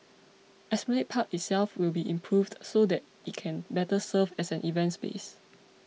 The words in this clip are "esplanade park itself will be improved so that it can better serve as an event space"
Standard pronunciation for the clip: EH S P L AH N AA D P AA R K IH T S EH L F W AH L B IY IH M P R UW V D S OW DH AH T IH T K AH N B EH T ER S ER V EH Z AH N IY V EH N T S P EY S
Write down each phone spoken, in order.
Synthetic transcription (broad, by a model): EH S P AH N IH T P AA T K IH T S EH L F W AH L B IY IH M P R UW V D S OW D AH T IH T K AH N B EH T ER S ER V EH S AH N IY V EH N T S B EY S